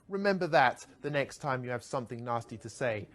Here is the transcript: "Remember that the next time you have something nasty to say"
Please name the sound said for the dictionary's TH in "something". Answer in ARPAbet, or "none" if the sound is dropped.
TH